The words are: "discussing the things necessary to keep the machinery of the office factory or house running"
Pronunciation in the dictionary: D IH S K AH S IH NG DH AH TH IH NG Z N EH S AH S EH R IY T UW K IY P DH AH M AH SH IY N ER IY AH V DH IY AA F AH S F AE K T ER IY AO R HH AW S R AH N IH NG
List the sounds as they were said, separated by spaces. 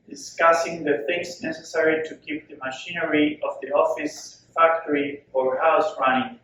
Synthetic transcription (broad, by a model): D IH S K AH S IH NG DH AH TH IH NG S N EH S AH S EH R IY T UW K IY P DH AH M AH SH IY N ER IY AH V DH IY AA F AH S F AE K T ER IY AO R HH AW S R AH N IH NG